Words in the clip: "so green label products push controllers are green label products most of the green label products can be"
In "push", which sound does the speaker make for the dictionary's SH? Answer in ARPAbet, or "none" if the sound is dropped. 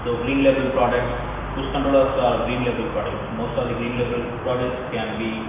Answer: S